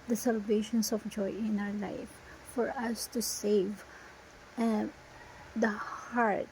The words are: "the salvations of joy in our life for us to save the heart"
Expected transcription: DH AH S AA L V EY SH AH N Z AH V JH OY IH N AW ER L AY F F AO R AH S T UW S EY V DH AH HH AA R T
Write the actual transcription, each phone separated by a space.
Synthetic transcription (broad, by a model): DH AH S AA L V EY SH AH N S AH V JH OY IH N AW ER L AY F F AO R AH S T UW S EY V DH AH HH AA R T